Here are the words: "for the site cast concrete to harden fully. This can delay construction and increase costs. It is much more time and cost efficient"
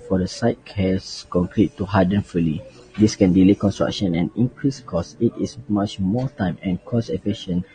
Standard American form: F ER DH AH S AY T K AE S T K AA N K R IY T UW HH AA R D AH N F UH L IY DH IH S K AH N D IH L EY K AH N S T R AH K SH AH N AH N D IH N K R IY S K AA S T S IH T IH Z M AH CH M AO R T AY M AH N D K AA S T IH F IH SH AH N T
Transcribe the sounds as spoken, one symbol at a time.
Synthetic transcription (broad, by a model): F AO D AH S AY T K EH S K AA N K R IY T UW HH AA D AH N F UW L IY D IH S K AH N D IH L EY K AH N S T R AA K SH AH N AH N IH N K R IY S K AA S S IH T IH S M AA CH M AO T AY M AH N K AA S IH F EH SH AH N